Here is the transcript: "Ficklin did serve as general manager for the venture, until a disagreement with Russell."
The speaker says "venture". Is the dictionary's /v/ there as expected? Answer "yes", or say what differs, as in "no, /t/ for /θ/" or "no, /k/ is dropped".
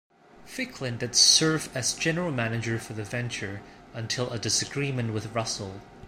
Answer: yes